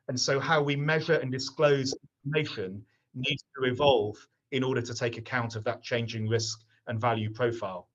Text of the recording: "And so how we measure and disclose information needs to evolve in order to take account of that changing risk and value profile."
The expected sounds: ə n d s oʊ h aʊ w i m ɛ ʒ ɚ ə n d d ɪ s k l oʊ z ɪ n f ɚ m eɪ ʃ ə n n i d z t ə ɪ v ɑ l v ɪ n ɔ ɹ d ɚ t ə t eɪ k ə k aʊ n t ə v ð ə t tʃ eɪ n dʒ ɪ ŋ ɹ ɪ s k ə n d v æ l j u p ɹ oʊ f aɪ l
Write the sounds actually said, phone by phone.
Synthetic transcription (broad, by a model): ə n s oʊ h aʊ w i m ɛ ʒ ɚ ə n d d ɪ s k l oʊ z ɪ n f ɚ m eɪ ʃ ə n n i d z t ə ɪ v ɑ l v ɪ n ɔ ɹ d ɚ t ə t eɪ k ə k aʊ n t ə v ð ə t tʃ eɪ n dʒ ɪ ŋ ɹ ɪ s k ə n v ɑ l j u p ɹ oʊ f aɪ l